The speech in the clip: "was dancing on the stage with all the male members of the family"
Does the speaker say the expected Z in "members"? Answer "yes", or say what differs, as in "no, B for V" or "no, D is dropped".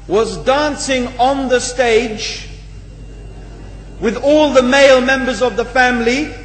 yes